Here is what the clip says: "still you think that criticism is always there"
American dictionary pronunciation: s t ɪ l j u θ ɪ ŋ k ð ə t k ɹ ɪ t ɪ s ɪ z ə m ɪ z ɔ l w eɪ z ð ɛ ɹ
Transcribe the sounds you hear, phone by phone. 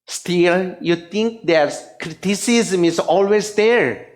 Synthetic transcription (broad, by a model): s t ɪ l j u t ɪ ŋ k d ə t k ɹ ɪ t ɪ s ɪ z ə m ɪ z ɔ l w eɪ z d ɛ ɹ